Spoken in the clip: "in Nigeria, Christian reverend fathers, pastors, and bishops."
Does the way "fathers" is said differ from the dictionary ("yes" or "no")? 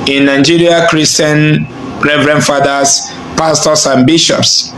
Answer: yes